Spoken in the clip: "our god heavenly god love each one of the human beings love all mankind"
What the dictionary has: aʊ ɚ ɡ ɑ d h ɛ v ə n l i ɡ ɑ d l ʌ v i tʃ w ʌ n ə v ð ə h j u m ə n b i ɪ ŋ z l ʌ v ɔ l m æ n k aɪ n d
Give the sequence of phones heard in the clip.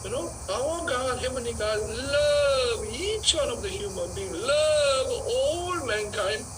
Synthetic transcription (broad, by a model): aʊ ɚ ɡ ɑ d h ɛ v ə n i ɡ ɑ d l ʌ v i tʃ w ʌ n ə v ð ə h j u m ə n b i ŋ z l ʌ v ɔ l m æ n k aɪ n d